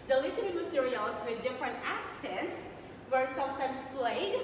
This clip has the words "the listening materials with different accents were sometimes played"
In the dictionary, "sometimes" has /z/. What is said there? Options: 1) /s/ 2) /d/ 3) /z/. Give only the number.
1